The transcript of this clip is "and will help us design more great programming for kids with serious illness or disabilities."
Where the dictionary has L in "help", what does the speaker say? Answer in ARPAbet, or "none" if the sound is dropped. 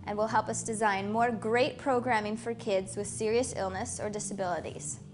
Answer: L